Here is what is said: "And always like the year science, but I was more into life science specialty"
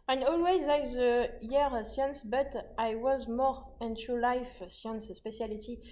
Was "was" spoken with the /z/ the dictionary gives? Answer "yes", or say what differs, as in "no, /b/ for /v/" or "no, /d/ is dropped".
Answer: yes